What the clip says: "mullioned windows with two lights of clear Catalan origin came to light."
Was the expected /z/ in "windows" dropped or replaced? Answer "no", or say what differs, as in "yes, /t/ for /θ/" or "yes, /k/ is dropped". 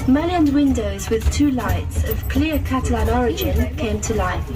no